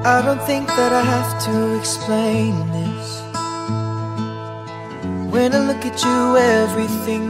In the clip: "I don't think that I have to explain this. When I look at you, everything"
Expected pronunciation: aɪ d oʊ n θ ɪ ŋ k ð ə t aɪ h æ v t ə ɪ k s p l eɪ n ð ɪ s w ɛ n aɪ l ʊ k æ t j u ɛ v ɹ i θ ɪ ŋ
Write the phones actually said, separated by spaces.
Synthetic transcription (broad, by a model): aɪ d oʊ n θ ɪ ŋ k ð ə t aɪ h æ f t ə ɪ k s p l eɪ n ð ɪ s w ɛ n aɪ l ʊ k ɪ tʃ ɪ ɛ v ɹ i θ ɪ ŋ